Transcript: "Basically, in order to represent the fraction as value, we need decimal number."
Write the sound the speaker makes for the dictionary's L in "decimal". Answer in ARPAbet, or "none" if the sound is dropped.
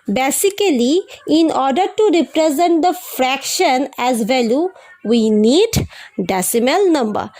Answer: L